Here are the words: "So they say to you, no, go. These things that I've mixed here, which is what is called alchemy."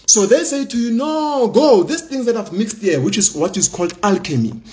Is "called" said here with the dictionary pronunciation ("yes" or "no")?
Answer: yes